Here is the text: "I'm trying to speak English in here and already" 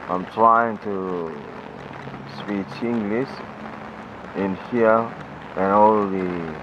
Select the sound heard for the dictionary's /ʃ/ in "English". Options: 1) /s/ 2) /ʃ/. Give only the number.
1